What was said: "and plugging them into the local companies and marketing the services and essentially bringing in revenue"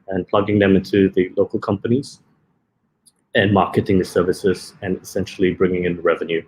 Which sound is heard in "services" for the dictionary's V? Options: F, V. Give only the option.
V